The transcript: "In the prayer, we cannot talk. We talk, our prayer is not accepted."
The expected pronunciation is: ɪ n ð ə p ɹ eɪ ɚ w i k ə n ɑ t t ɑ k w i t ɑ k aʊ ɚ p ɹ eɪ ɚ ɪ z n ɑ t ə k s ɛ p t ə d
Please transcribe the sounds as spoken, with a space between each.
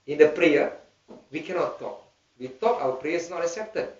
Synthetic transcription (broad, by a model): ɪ n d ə p ɹ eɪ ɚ w i k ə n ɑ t t ɑ k w i t ɑ k aʊ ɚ p ɹ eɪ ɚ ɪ s n ɑ t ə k s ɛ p t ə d